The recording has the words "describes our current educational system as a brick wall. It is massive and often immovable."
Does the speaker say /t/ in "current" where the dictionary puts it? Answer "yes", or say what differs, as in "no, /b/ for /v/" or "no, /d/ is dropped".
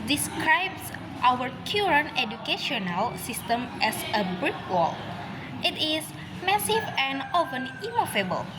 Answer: no, /t/ is dropped